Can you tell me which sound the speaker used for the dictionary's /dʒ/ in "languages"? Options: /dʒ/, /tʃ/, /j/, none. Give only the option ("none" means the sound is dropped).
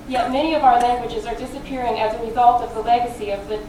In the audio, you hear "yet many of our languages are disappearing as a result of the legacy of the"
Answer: /dʒ/